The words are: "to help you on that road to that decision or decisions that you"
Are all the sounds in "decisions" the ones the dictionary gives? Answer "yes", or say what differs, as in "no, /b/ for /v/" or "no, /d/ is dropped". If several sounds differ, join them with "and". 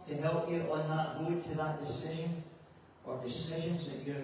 yes